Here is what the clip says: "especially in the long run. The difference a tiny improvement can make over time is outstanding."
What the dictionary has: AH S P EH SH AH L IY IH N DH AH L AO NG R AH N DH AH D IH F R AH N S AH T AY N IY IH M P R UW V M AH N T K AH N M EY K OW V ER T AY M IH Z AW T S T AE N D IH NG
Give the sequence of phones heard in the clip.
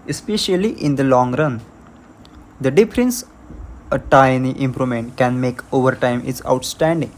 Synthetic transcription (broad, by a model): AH S P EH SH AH L IY IH N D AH L AO NG R AH N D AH D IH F R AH N S AH T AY N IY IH M P R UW M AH N T K AH N M EY K OW V ER T AY M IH S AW T S T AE N D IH NG